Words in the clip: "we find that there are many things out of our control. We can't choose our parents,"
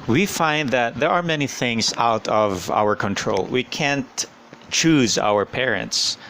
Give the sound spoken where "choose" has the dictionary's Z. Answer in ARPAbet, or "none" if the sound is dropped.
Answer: Z